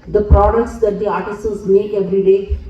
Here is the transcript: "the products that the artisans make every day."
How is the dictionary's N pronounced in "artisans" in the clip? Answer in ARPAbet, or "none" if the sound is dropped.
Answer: L